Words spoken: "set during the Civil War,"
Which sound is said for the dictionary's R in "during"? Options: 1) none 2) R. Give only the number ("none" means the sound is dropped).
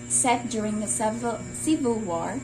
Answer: 2